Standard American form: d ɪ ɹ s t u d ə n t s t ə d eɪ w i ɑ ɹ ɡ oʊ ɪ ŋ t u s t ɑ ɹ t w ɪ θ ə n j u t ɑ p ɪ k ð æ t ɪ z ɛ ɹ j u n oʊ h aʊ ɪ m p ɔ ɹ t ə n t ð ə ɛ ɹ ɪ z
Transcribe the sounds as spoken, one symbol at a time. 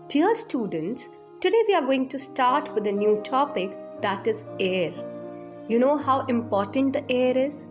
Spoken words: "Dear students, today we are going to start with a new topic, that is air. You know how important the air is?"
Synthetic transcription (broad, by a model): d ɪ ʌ s t u d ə n t s t ə d eɪ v i ɑ ɹ ɡ oʊ ɪ ŋ t u s t ɑ ɹ t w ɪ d ə n j u t ɑ p ɪ k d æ t ɪ z ɛ ɹ j u n oʊ h aʊ ɪ m p ɔ ɹ t ə n t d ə ɛ ɹ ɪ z